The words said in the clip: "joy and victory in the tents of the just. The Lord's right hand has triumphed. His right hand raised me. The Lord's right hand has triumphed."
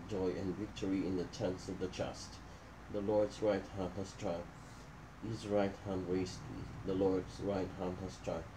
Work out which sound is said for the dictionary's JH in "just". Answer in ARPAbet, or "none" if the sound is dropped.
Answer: CH